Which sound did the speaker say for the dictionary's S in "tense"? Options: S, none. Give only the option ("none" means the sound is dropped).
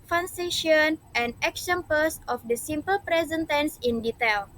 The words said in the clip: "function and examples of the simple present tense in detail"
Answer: S